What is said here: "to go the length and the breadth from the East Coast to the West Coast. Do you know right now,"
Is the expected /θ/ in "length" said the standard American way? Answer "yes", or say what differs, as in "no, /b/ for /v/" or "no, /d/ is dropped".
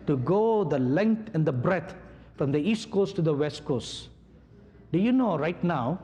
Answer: no, /t/ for /θ/